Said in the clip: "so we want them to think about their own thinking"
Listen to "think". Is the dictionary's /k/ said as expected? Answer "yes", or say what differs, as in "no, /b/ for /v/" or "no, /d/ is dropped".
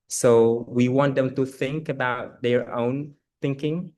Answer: yes